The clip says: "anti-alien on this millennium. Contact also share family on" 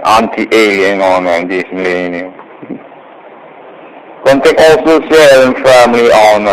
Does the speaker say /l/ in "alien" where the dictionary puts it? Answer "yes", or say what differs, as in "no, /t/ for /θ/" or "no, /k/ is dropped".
yes